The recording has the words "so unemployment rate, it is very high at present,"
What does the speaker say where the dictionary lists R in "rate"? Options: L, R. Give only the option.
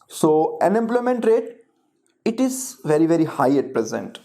R